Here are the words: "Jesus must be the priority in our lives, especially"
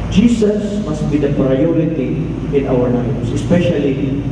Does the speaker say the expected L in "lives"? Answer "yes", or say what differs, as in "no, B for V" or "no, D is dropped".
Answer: no, N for L